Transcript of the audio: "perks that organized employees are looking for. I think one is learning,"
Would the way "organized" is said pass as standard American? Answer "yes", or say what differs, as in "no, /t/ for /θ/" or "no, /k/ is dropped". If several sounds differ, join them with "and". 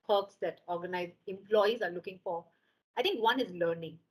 no, /d/ is dropped